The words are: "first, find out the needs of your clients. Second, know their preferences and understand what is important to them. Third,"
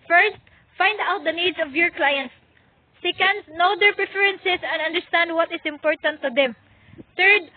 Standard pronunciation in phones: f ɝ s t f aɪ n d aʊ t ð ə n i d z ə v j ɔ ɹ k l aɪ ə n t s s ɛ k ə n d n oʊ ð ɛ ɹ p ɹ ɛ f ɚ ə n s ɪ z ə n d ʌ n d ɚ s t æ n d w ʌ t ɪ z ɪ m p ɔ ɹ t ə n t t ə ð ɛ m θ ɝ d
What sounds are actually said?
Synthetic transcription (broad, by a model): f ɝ s t f aɪ n d aʊ t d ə n i d s ə v j ɔ ɹ k l aɪ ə n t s s ɛ k ə n d n oʊ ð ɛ ɹ p ɹ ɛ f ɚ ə n s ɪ s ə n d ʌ n d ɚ s t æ n d w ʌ t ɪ s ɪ m p ɔ ɹ t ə n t t ə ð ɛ m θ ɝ d